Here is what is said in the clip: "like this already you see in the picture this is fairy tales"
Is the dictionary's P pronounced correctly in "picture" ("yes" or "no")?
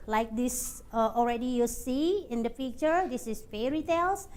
no